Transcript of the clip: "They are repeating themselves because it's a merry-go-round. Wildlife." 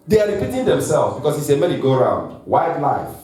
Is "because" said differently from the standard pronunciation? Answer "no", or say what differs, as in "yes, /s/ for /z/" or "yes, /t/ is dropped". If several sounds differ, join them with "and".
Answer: yes, /s/ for /z/